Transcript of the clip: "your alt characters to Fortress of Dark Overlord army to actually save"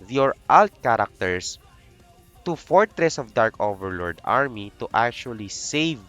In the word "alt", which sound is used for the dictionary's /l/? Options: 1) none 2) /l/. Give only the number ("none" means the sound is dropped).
2